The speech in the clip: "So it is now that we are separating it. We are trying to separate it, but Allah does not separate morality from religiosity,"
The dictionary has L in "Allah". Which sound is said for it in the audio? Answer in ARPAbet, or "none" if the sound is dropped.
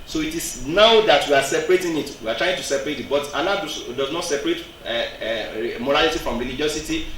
N